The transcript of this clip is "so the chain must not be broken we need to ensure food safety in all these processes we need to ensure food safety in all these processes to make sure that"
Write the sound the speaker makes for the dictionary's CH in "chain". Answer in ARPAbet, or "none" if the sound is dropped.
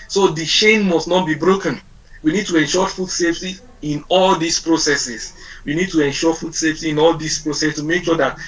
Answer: SH